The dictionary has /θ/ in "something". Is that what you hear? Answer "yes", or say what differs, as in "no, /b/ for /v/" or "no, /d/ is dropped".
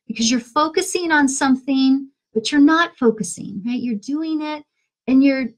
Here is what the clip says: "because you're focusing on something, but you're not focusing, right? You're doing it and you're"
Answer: yes